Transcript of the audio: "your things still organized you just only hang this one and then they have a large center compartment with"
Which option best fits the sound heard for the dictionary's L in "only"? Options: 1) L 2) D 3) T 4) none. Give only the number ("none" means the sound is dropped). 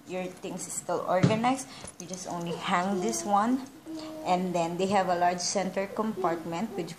1